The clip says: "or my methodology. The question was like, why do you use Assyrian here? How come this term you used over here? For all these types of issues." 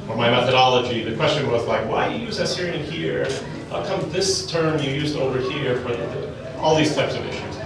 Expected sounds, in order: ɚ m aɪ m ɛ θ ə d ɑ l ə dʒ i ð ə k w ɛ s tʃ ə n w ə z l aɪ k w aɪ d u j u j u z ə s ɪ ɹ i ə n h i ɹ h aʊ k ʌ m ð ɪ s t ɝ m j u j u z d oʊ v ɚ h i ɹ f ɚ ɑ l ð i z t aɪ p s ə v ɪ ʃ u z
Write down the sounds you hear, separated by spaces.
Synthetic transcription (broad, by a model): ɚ m aɪ m ɛ θ ə d ɑ l ə dʒ i ð ə k w ɛ s tʃ ə n w ə z l aɪ k w aɪ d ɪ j j u z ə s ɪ ɹ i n h i ɹ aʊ k ʌ m ð ɪ s t ɝ m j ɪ j u z d oʊ v ɚ h i ɹ f ɚ ɑ l ð i z t aɪ p s ə v ɪ ʃ u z